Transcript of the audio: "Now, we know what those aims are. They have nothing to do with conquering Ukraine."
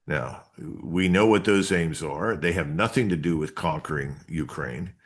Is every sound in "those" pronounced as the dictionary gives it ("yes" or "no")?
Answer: yes